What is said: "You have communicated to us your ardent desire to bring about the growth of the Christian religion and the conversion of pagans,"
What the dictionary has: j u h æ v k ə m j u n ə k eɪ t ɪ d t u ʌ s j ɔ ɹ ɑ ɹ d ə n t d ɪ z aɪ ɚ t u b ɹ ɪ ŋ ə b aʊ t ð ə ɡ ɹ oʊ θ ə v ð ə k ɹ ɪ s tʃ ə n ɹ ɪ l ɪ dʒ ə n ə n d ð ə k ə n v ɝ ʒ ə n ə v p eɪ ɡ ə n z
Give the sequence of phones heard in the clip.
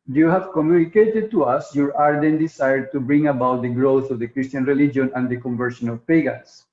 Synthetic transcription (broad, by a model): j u h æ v k ə m j u n ə k eɪ t ɪ d t u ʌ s j ɔ ɹ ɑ ɹ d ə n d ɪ s aɪ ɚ t u b ɹ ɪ ŋ ə b aʊ t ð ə ɡ ɹ oʊ θ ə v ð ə k ɹ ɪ s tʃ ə n ɹ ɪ l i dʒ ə n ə n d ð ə k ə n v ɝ ʃ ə n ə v p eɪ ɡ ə n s